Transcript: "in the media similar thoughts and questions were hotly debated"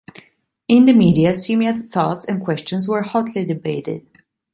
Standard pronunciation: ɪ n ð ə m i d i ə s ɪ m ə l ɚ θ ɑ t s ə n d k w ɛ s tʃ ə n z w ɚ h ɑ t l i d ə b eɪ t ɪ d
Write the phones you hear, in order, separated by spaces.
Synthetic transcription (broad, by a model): ɪ n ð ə m i d i ə s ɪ m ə ɚ θ ɑ t s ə n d k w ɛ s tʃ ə n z w ɚ h ɑ t l i d ə b eɪ t ɪ d